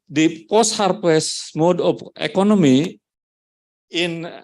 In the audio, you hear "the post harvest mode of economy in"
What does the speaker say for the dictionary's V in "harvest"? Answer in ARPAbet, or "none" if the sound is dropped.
P